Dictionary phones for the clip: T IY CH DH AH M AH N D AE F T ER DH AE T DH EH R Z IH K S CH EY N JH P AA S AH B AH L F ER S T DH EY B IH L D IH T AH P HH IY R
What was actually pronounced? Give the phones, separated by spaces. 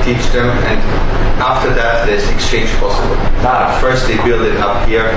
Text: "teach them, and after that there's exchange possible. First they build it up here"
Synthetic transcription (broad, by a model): T IY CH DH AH M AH N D AE F T ER DH AE T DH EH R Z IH K S CH EY N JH P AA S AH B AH L F ER S T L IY B IH L D IH T AH P HH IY R